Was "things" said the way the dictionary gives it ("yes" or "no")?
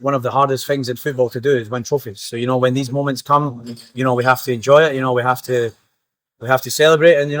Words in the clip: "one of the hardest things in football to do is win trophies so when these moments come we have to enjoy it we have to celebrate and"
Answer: yes